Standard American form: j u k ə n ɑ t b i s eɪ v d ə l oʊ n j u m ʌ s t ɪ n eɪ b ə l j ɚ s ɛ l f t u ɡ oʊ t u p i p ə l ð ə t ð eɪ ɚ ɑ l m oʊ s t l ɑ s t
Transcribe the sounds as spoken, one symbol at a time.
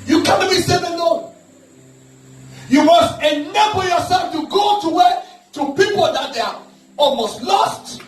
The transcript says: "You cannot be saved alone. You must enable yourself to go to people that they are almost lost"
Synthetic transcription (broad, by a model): j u k ə n ɑ t b i s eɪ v ə n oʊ j u m ʌ s t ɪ n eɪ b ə l j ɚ s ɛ l f t u ɡ oʊ t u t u p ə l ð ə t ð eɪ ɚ ɑ l m oʊ s t l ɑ s t